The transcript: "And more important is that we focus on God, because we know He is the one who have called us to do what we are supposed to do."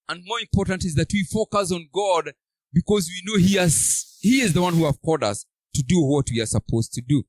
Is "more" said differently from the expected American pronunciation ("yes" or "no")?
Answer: no